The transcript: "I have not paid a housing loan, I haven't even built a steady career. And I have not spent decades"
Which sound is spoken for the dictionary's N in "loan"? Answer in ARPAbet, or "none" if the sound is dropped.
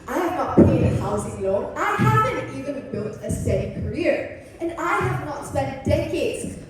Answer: none